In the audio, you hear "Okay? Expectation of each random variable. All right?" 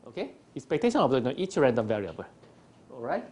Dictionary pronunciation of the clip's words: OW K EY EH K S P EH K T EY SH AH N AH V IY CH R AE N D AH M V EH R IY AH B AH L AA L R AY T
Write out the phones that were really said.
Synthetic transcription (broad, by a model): OW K EY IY S P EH K T EY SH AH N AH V IY CH R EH N D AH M V EH R IY AH B AH L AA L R AY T